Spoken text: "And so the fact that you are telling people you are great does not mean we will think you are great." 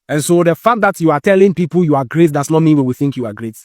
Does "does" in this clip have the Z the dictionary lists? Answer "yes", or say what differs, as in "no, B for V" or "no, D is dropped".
no, S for Z